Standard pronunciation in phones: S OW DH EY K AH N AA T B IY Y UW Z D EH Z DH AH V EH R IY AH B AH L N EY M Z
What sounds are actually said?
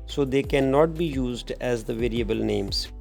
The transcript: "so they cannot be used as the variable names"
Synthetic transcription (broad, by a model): S OW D EY K AH N AA T B IY Y UW Z D EH Z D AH V EH R IY AH B AH L N EY M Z